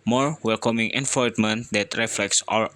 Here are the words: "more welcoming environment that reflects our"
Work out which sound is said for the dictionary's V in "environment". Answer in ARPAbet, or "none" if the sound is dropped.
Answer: F